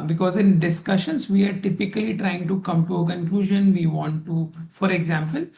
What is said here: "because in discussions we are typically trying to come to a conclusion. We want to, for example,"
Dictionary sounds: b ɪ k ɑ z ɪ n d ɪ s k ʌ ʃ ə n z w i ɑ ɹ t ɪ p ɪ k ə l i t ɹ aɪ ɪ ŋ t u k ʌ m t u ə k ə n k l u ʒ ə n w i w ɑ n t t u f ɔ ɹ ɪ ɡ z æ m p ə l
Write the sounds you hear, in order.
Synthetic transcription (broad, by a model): b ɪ k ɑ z ɪ n d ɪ s k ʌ ʃ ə n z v i ɑ ɹ t ɪ p ɪ k ə l i t ɹ aɪ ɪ ŋ t u k ʌ m t u ə k ə n k l u ʒ ə n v i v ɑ n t t u f ɔ ɹ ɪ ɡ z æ m p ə l